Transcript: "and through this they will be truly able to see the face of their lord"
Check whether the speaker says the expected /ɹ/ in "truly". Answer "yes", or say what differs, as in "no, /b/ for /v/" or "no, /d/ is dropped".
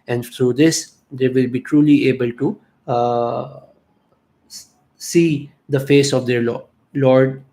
yes